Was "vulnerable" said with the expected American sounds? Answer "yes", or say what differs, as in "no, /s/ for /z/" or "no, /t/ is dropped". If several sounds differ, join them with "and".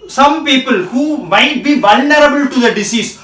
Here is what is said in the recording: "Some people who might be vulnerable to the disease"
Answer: yes